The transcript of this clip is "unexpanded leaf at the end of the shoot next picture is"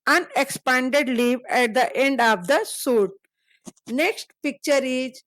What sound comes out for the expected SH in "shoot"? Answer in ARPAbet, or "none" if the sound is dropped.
S